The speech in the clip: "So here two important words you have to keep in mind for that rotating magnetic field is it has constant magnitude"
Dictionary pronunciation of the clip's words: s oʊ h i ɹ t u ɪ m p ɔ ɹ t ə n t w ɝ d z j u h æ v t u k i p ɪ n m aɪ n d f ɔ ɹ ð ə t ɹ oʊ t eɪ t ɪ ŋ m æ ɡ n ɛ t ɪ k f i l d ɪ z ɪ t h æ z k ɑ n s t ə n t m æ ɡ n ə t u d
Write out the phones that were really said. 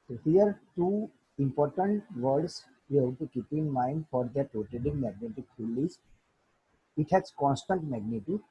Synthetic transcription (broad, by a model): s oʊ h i ɹ t u ɪ m p ɔ ɹ t ə n t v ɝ d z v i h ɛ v t u k i p ɪ n m aɪ n d f ɔ ɹ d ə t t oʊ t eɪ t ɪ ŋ m æ ɡ n ɛ t ɪ k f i l ɪ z ɪ t h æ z k ɑ n s t ə n t m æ ɡ n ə t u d